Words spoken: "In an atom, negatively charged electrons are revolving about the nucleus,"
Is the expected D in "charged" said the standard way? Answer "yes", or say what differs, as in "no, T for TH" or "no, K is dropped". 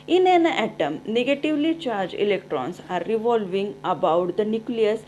no, D is dropped